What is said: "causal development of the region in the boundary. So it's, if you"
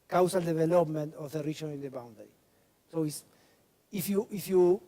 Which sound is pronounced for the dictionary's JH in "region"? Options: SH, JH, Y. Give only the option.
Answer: SH